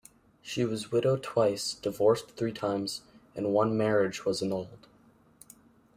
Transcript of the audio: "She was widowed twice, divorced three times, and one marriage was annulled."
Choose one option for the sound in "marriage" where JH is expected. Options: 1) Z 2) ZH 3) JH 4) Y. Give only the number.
3